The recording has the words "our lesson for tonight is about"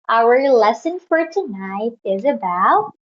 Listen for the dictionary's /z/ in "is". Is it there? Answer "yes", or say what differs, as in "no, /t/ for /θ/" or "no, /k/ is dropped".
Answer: yes